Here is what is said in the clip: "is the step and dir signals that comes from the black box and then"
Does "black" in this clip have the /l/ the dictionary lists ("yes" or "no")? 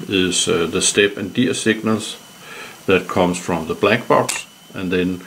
yes